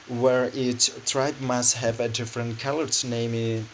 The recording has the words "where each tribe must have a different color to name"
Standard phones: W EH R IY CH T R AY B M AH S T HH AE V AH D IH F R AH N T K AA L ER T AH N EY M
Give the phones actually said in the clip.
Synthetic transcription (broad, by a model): W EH R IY S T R AY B M AH S T HH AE V AH D IH F R AH N T K AA L ER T N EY M